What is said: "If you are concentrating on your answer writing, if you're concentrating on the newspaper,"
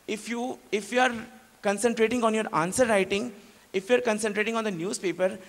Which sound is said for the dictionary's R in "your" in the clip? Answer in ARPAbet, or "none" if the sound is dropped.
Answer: R